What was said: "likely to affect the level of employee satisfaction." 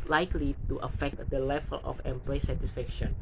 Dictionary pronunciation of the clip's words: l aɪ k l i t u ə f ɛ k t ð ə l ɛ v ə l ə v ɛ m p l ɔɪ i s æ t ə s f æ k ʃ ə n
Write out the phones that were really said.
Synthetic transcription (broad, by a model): l aɪ k l i t u ə f ɛ k t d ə l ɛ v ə l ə f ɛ m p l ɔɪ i s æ t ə s f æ k ʃ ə n